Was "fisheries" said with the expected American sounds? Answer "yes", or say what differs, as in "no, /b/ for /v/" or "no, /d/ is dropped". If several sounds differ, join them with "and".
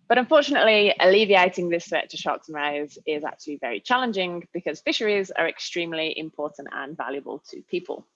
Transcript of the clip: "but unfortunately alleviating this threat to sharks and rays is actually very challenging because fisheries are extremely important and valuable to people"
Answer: yes